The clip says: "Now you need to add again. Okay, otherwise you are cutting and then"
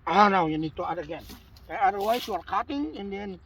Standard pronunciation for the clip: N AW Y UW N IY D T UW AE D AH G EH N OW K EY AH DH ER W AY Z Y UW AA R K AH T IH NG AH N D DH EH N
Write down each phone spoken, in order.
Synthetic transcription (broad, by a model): N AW Y UW N IY D T UW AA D AH G EH N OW AA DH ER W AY S Y UW AA R K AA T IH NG AH N D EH N